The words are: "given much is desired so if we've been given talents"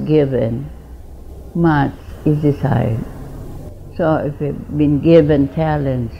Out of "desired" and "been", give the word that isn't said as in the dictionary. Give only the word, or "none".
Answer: desired